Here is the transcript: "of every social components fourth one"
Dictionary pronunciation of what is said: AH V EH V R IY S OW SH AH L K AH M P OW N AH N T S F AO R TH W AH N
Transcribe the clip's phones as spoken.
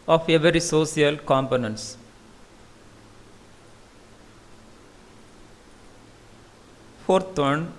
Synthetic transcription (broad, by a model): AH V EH V R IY S OW S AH L K AH M P OW N AH N T S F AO R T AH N